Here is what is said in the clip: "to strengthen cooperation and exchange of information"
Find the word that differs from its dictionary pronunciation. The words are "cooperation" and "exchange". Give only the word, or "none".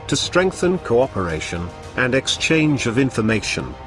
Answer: none